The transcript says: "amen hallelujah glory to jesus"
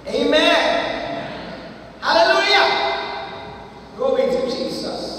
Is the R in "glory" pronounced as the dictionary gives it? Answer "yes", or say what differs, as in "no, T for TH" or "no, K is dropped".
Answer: no, W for R